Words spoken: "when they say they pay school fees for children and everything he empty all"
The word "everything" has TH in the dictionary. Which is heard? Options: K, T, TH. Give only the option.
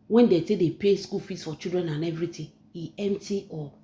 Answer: T